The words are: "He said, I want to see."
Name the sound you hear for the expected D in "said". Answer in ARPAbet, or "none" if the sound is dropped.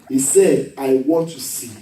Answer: D